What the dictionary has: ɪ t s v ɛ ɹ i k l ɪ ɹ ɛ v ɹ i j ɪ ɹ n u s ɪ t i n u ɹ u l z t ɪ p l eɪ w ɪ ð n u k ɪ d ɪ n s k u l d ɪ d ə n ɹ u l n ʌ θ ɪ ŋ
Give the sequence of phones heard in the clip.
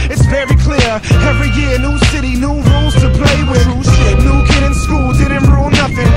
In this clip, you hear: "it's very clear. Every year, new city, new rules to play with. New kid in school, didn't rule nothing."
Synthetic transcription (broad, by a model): ɪ t s v ɛ ɹ i k l ɪ ɹ ɛ v ɹ i j ɪ ɹ n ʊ s ɪ t i n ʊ ɹ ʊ l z t ɪ p l eɪ w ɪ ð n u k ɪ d ɪ n s k u l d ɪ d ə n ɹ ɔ n ʌ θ ɪ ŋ